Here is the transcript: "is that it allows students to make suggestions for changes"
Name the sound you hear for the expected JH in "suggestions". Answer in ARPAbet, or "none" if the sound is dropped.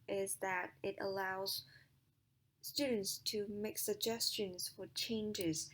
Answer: JH